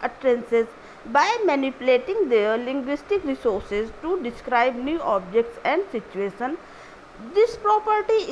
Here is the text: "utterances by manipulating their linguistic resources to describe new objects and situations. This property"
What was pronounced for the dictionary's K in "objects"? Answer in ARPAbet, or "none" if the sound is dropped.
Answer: K